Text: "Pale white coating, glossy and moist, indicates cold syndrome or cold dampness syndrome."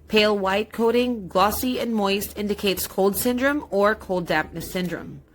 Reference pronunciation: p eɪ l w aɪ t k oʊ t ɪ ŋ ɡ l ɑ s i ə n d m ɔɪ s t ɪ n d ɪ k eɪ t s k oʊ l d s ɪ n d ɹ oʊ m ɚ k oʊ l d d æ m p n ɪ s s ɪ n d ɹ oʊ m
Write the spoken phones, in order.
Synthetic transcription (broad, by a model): p eɪ l w aɪ t k oʊ t ɪ ŋ ɡ l ɑ s i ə n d m ɔɪ s t ɪ n d ɪ k eɪ t s k oʊ l d s ɪ n d ɹ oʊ m ɚ k oʊ l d d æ p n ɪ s s ɪ n d ɹ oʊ m